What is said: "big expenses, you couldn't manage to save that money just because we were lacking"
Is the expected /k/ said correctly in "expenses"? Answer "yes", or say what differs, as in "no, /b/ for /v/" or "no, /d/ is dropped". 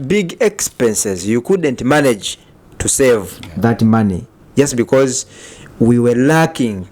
yes